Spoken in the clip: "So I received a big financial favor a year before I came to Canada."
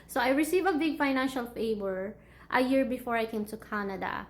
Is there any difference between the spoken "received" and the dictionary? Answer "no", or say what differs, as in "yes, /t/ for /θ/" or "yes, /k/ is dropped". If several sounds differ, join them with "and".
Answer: yes, /d/ is dropped